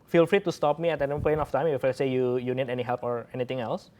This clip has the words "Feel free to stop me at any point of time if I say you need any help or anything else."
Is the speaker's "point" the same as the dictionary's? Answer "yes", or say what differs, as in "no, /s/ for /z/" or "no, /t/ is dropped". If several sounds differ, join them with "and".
no, /t/ is dropped